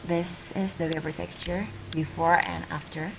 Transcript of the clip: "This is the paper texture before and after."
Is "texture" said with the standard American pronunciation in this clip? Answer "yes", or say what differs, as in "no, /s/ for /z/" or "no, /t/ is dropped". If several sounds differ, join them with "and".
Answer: no, /s/ is dropped